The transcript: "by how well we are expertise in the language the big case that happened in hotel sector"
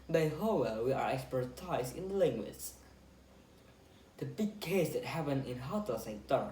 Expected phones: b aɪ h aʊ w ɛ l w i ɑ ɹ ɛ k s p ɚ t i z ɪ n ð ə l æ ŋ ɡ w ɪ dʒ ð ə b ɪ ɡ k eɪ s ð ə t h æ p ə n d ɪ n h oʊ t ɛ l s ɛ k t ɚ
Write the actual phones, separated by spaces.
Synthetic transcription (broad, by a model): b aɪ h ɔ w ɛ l w i ɑ ɹ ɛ k s p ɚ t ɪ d ɪ n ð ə l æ ŋ ɡ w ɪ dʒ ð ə b ɪ ɡ k eɪ s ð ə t h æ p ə n ɪ n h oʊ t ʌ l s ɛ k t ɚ